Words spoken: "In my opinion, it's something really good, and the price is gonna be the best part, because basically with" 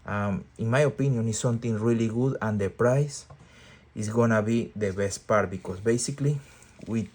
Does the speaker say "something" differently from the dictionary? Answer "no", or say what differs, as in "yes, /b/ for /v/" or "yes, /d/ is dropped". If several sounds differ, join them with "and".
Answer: yes, /t/ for /θ/